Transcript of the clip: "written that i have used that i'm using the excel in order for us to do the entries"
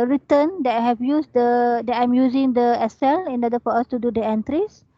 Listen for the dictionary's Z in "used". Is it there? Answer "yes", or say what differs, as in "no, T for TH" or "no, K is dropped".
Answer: no, S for Z